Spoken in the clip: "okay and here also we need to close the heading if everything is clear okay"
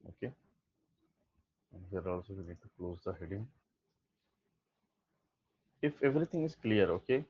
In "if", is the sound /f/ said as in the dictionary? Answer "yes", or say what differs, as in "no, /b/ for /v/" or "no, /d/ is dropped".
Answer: yes